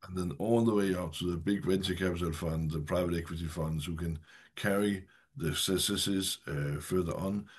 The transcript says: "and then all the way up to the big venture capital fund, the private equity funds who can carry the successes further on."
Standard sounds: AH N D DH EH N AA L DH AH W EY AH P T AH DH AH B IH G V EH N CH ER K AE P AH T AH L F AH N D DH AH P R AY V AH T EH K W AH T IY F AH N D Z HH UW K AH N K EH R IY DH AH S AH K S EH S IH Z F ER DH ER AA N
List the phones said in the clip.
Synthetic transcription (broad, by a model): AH N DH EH N AA L DH AH W EY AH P T AH DH AH B IH G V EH N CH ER K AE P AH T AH L F AH N D DH AH P R AY V AH T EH K W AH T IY F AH N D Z HH UW K AH N K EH R IY DH AH S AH S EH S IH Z F ER DH ER N